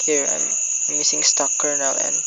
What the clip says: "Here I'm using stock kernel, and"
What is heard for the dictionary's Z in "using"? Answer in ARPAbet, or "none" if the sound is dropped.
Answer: S